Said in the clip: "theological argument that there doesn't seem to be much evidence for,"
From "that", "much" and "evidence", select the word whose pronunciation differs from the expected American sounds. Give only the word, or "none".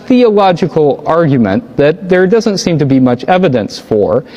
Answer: none